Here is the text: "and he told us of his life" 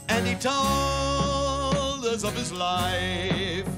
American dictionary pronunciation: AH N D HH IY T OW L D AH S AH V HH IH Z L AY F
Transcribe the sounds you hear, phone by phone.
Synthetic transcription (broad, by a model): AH N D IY T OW D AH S AH V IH Z L AY F